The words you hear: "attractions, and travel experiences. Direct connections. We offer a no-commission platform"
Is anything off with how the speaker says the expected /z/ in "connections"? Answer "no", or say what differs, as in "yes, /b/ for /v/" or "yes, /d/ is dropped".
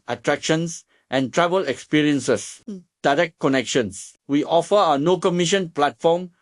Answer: yes, /s/ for /z/